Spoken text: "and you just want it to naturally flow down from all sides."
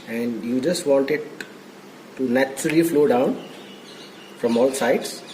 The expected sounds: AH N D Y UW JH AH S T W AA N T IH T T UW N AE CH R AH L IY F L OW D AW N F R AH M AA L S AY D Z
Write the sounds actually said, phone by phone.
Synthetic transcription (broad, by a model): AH N D Y UW JH AH S T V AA N T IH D T UW N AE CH AH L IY F L OW D AW N F R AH M AA L S AY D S